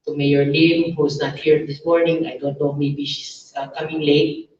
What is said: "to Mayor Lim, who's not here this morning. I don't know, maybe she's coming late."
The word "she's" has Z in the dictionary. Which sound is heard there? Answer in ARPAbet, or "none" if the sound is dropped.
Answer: S